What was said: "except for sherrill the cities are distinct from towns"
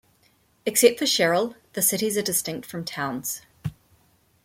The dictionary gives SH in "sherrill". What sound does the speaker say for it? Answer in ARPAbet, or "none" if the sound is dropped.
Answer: SH